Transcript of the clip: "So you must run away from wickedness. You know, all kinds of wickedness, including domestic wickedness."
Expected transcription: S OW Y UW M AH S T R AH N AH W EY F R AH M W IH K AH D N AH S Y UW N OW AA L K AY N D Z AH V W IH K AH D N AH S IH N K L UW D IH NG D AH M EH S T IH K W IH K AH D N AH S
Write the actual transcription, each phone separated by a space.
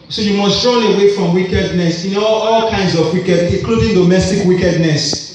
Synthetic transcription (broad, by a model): S OW Y UW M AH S T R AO L AH W EY F R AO M W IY K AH D N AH S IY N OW AA L K AY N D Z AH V W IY K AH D AH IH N K L UW D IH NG D AH M EH S T IH K W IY K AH D N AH S